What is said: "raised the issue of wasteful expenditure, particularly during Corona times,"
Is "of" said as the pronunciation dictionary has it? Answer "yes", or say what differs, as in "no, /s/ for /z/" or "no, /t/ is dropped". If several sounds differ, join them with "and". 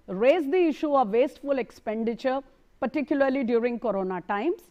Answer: yes